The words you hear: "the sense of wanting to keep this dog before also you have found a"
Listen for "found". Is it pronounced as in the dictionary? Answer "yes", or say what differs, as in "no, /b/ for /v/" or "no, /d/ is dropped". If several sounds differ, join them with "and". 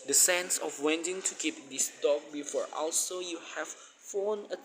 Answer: no, /d/ is dropped